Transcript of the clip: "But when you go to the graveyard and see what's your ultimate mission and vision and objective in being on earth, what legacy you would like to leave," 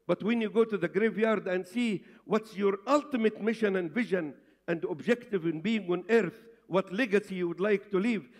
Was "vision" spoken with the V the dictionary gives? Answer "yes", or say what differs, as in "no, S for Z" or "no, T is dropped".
yes